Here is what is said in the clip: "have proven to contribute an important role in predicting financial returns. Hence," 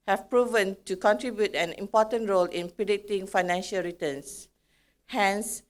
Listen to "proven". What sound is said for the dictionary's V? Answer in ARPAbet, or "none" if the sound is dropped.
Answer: V